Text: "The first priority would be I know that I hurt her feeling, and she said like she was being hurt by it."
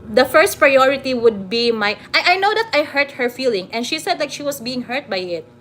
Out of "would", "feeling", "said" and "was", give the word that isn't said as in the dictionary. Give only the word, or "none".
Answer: was